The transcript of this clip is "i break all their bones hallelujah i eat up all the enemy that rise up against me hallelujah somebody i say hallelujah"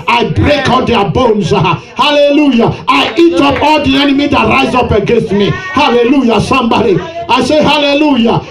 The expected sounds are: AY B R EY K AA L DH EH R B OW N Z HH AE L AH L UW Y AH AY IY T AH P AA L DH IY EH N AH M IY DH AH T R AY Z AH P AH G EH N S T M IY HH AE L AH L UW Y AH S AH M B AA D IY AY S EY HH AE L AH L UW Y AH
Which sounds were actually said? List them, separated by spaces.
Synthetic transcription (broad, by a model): AY B R EY K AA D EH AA B OW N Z HH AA L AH L UW Y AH AY IY T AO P AA L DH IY EH N AH M IY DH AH T R AY Z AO P AH G EH N S T M IY HH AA L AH L UW Y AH S AH M B AA D IY AY S EY HH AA L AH L UW Y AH